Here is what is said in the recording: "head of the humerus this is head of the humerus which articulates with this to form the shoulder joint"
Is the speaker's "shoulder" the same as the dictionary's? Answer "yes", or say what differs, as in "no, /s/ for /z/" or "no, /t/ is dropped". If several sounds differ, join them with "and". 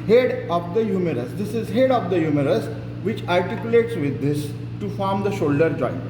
yes